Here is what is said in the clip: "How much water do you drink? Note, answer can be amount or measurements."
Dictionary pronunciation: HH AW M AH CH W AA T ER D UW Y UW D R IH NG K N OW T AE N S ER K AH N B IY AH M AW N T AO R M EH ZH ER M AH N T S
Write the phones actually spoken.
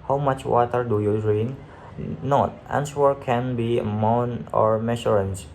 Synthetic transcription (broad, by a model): HH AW M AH CH W AA T ER D UW Y UW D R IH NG N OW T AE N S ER K AH N B IY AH M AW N AO R M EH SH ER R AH N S